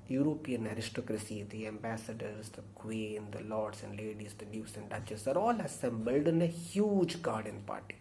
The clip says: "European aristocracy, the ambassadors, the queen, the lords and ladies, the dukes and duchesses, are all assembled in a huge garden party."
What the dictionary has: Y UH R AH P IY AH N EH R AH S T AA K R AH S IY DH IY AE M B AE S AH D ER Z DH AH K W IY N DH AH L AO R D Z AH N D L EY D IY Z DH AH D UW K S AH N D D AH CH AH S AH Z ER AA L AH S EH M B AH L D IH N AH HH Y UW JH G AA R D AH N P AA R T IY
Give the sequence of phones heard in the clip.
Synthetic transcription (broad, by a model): Y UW R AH P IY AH N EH R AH S T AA K R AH S IY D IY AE M B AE S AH D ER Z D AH K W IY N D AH L AO R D S AH N D L EY D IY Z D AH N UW S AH N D D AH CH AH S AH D AA L AH S EH M B AH L D IH N AH HH Y UW JH G AA R D AH N P AA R T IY